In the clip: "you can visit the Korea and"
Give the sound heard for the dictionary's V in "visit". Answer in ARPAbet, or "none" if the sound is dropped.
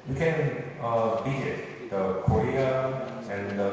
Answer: B